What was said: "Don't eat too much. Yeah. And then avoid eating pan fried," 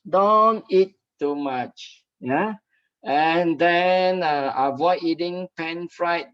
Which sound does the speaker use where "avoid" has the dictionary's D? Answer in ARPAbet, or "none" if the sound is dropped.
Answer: none